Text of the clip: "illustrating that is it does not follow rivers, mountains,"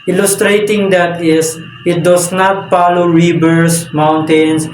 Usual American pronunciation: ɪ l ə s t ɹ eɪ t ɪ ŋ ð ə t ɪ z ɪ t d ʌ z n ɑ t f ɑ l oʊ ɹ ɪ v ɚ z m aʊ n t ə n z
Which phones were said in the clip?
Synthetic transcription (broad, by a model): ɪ l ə s t ɹ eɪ t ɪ ŋ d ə t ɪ s ɪ t d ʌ s n ɑ t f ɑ l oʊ ɹ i b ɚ s m aʊ n t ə n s